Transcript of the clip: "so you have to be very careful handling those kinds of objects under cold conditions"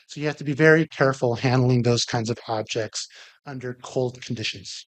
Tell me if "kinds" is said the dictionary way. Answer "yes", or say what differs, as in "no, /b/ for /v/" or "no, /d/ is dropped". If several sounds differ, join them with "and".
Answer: yes